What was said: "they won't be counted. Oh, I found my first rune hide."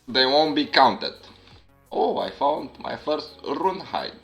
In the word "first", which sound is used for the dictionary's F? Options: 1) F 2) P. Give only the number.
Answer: 1